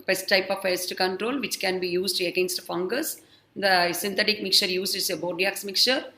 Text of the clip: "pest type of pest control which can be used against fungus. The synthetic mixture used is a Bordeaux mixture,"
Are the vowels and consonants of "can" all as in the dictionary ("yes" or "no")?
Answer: yes